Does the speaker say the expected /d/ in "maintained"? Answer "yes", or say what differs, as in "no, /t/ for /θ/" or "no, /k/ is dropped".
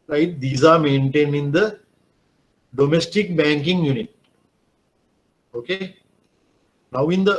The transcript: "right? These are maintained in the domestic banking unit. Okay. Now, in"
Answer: no, /d/ is dropped